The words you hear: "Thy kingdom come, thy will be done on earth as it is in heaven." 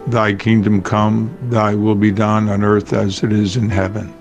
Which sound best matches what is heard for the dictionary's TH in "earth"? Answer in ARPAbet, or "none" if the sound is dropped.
TH